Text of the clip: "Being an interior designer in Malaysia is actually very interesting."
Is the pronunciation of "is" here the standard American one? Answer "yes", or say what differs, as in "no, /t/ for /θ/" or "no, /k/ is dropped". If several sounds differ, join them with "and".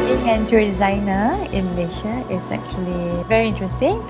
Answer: no, /s/ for /z/